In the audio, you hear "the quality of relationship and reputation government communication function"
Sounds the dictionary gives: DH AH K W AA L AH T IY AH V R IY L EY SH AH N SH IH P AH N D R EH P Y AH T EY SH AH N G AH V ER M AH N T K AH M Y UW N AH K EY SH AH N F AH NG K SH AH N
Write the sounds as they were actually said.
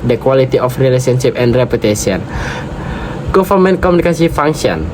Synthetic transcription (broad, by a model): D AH K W AA L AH T IY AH F R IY L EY S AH N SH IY P AH N D R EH P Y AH T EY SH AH N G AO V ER M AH N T K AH M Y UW N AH K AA S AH F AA NG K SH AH N